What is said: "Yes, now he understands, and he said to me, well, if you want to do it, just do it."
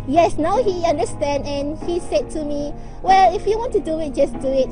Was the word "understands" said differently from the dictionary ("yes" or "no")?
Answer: yes